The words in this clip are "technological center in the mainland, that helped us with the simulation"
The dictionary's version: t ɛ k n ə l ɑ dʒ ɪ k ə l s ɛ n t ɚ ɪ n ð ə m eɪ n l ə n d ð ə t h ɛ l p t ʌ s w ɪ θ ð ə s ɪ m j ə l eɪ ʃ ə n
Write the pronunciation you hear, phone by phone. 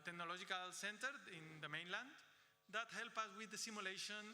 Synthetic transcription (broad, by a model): t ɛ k n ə l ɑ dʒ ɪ k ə l s ɛ n t ɚ ɪ n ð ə m eɪ n l ə n d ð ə t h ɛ l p ʌ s w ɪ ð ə s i m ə l eɪ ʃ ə n